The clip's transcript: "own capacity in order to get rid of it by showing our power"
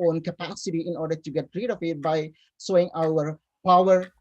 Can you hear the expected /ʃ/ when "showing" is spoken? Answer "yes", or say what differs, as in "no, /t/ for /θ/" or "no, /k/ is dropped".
no, /s/ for /ʃ/